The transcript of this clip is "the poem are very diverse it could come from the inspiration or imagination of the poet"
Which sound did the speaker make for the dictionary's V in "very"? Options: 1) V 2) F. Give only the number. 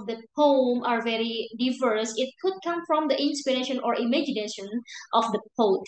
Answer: 1